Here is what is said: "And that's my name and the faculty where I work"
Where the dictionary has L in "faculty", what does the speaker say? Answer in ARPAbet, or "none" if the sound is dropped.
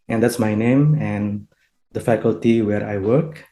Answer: L